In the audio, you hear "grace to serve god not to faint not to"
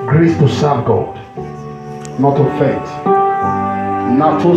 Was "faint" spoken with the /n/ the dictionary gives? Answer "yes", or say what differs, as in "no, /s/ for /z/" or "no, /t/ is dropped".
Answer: no, /n/ is dropped